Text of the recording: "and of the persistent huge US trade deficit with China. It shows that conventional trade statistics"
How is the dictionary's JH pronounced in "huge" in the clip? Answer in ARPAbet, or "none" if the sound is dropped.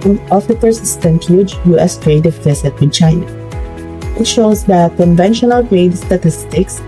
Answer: none